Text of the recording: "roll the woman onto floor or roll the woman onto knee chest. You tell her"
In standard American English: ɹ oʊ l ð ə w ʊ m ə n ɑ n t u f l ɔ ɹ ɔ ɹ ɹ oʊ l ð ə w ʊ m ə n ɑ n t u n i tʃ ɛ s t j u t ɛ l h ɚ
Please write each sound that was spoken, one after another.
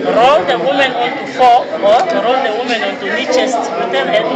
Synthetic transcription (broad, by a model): ɹ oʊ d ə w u m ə n ɑ n t u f ɔ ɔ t ɹ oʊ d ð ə w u m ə n ɑ n t u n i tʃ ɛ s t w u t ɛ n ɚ